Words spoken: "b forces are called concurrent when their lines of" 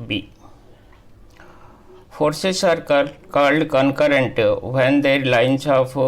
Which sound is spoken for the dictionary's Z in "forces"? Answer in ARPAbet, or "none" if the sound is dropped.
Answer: S